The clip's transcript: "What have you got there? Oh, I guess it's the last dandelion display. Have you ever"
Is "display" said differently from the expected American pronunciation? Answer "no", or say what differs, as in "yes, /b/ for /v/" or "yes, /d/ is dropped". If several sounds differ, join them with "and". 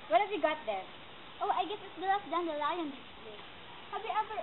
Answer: yes, /p/ is dropped